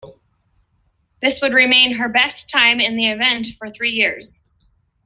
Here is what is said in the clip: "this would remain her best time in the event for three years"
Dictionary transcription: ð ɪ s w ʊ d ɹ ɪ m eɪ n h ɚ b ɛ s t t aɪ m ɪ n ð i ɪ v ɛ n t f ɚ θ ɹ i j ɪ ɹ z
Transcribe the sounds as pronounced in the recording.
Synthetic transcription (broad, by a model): ð ɪ s w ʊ d ɹ ɪ m eɪ n h ɚ b ɛ s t t aɪ m ɪ n ð i ɪ v ɛ n t f ɚ θ ɹ i j ɪ ɹ z